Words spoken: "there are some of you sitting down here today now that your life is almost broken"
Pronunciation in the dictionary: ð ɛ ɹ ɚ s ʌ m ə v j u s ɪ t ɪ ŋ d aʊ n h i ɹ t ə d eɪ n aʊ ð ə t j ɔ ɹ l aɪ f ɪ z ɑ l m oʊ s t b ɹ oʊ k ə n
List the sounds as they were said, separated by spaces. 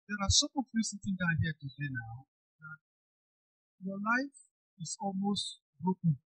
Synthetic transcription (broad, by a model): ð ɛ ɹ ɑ s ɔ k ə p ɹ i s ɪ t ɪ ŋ d aʊ n h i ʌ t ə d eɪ n aʊ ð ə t j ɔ l aɪ f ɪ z ɑ l m oʊ s t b ɹ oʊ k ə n